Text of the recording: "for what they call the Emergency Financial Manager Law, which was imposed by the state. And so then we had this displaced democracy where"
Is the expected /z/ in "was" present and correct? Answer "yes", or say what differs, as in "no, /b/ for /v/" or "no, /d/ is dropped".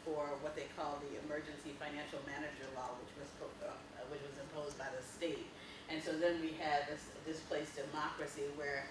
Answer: yes